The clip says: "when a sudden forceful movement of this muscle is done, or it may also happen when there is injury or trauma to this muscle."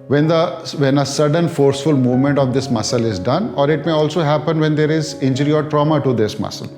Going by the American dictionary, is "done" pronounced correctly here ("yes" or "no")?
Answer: yes